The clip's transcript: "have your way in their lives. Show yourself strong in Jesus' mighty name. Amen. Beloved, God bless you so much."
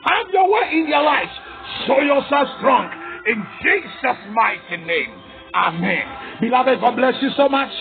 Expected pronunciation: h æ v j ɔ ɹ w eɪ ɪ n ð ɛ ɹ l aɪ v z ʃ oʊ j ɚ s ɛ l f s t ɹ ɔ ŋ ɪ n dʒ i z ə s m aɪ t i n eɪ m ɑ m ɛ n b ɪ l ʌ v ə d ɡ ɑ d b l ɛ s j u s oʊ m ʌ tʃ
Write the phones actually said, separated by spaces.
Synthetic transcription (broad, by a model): h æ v j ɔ w eɪ ɪ n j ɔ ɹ l aɪ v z ʃ oʊ j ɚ s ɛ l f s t ɹ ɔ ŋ ɪ n dʒ i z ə s m aɪ t i n eɪ m ɑ m ɛ n b ɪ l ʌ v ə d ɡ ɑ d b l ɛ s j u s oʊ m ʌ tʃ